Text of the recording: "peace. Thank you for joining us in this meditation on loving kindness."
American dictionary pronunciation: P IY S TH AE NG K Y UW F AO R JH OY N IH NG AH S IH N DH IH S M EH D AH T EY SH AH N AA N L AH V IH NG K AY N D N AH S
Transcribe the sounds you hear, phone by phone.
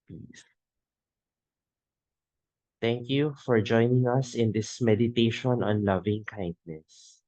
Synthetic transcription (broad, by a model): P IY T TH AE NG K Y UW F AO R JH OY N IH NG AH S IH N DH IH S M EH D AH T EY SH AH N AA N L AH V IH NG K AY N D N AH S